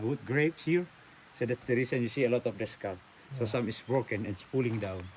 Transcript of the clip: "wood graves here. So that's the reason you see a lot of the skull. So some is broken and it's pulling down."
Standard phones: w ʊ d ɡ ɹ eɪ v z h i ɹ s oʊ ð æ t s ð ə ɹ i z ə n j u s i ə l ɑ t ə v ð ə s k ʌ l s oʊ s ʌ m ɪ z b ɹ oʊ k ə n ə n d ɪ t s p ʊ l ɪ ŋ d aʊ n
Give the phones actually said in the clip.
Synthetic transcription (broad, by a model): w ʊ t ɡ ɹ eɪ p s h i ɹ s oʊ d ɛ t s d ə ɹ i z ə n j u s i ə l ɑ t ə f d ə s k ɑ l s oʊ s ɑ m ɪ s b ɹ oʊ k ə n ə n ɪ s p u l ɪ ŋ d aʊ n